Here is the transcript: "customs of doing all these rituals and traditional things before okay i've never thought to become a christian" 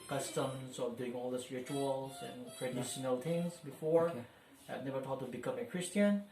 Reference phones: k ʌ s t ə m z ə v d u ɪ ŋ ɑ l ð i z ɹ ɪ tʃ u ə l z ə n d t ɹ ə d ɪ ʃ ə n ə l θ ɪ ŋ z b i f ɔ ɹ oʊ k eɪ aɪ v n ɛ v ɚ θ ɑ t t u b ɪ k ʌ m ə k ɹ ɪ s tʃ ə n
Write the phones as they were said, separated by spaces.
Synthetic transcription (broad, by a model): k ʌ s t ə m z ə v d u ɪ ŋ ɑ l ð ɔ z ɹ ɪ tʃ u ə l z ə n t ɹ ə d ɪ ʃ ə n ə l t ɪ ŋ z b i f ɔ ɹ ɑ eɪ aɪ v n ɛ v ɚ t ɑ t t u b ɪ k ʌ m ə k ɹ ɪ s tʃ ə n